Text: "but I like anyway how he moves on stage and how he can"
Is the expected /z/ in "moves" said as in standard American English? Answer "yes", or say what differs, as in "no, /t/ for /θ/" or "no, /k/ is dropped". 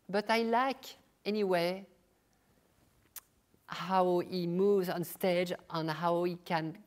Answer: yes